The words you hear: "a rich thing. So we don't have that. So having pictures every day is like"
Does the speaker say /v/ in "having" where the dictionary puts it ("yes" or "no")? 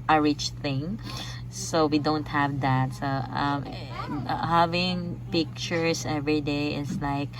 yes